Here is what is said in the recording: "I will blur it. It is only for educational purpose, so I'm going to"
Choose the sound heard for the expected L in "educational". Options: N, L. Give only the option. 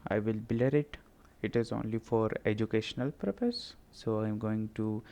L